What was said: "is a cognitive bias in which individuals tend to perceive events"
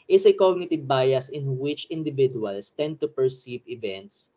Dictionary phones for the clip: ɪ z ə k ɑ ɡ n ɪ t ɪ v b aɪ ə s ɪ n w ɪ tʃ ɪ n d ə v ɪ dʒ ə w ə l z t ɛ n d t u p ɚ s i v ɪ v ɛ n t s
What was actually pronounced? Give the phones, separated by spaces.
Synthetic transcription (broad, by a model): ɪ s ə k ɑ ɡ n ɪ t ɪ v b aɪ ə s ɪ n w ɪ tʃ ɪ n d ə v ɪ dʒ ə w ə l s t ɛ n d t u p ɚ s i v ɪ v ɛ n t s